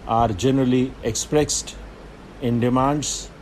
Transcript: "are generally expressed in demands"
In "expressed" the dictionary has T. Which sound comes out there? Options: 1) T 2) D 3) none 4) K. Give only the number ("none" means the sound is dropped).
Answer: 1